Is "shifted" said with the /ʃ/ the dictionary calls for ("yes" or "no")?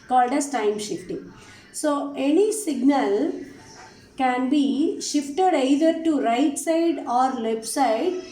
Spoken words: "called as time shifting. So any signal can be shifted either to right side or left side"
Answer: yes